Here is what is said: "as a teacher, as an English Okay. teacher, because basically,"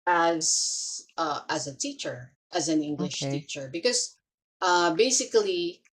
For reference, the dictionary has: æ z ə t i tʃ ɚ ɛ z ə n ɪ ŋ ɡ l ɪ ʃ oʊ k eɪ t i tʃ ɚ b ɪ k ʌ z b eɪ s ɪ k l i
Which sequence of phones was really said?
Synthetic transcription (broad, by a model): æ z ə t i tʃ ɚ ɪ z ə n ɪ ŋ ɡ l ɪ ʃ t i tʃ ɚ b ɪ k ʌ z b eɪ s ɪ k l i